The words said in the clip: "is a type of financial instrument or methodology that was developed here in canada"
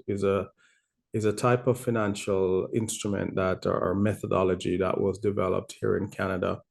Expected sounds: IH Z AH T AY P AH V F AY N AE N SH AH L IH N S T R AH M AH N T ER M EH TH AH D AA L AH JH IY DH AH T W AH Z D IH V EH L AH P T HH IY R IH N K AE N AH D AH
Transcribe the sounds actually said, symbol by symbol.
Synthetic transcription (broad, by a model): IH Z AH T AY P AH V F AY N AE N SH AH L IH N S T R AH M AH N T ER M EH TH AH D AA L AH JH IY DH AH T W AH Z D IH V EH L AH P T HH IY R IH N K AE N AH D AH